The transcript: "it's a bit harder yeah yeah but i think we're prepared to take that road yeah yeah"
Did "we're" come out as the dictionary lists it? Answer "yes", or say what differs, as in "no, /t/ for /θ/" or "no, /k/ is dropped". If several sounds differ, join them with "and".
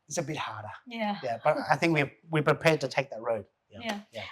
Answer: no, /w/ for /ɹ/